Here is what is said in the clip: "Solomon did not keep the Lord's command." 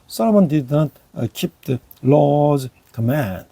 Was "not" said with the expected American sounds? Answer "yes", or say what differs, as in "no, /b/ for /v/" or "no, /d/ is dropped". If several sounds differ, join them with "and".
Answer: yes